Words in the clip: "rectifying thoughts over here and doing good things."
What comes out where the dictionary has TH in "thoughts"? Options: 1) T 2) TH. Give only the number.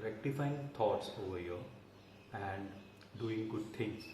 1